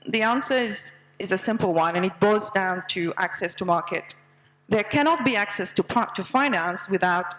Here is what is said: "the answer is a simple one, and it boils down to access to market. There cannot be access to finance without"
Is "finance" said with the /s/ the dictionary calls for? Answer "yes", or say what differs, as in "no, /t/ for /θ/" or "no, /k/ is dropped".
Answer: yes